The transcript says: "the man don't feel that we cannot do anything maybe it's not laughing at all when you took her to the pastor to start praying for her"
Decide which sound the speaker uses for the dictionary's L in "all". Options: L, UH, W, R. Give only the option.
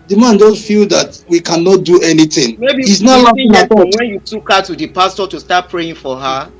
W